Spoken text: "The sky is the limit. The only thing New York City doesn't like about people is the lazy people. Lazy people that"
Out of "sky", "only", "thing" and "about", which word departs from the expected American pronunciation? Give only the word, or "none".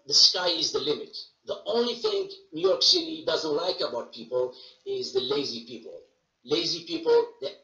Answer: none